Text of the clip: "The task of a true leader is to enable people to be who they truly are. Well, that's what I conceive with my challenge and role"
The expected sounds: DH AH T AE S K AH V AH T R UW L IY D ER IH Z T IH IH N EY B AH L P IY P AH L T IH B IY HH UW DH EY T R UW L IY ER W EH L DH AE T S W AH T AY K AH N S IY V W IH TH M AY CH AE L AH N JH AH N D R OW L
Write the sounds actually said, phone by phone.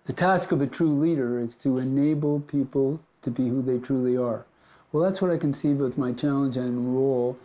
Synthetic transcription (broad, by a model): DH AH T AE S K AH V AH T R UW L IY D ER IH Z T IH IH N EY B L P IY P L T IH B IY HH UW DH EY T R UW L IY ER W EH L DH AE T S W AH T AY K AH N S IY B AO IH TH M AY CH AE L AH N JH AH N R OW L